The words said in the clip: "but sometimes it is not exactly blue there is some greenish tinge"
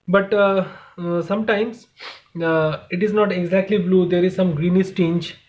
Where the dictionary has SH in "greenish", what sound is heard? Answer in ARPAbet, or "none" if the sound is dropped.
S